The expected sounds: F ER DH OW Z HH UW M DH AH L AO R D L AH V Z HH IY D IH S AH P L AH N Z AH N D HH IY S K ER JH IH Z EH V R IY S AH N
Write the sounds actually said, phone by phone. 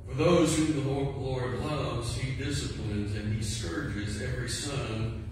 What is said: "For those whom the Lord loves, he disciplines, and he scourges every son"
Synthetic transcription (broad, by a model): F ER DH OW Z HH UW M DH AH L AO R D L AH V Z HH IY D IH S AH P L AH N Z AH N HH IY S K ER JH IH Z EH V R IY S AH N